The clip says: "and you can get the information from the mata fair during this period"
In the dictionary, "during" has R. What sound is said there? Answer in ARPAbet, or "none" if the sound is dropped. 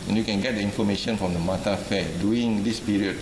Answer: none